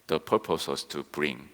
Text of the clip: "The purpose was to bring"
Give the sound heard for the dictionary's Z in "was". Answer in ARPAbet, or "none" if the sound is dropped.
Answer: S